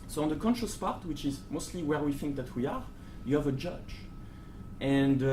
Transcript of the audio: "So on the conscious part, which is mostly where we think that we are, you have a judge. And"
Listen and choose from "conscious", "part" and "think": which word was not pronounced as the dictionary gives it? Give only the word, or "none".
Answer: none